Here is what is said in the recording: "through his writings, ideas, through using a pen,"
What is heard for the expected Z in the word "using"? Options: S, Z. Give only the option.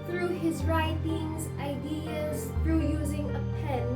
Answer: Z